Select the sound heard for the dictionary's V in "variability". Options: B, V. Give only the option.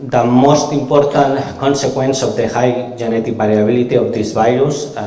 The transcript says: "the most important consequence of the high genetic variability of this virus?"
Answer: B